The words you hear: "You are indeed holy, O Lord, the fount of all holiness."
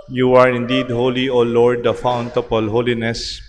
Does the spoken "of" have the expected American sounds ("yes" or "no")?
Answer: no